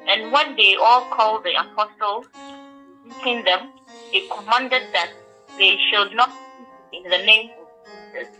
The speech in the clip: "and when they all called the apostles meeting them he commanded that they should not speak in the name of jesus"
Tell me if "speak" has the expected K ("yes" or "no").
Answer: no